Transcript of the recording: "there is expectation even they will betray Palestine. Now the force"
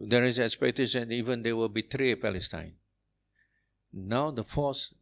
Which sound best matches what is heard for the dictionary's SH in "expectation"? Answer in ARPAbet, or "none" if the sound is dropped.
S